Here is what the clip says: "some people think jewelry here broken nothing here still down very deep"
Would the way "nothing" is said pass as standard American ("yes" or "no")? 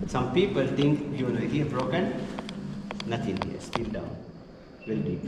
no